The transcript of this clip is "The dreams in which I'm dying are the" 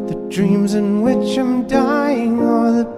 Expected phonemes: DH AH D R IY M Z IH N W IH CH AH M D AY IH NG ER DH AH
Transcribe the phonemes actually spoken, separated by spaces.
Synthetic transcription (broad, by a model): DH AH D R IY M Z IH N W IH CH AH M D AY IH NG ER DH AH